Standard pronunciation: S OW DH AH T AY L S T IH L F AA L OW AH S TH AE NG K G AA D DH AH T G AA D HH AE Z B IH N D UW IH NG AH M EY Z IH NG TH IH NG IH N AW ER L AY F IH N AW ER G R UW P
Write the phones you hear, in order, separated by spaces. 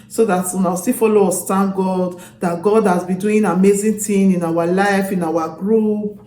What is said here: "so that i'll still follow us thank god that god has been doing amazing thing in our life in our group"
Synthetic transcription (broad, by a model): S OW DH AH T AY W S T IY F AA L OW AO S T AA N G AA D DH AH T G AA D HH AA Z B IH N D UW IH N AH M EY Z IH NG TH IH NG IH N AW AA L AY F IH N AW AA G R UW P